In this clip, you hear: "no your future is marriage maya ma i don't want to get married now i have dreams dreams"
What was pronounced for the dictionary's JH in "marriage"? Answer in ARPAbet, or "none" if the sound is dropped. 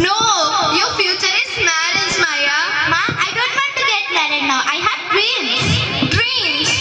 Z